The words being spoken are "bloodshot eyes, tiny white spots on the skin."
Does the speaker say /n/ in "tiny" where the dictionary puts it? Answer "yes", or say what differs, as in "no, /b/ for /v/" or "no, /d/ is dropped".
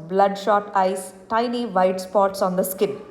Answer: yes